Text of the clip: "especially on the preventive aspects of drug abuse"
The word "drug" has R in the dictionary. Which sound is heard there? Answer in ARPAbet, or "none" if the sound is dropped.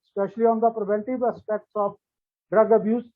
R